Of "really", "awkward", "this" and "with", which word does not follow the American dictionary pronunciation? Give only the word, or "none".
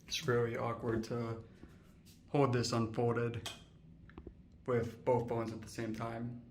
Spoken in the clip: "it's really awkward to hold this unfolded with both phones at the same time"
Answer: none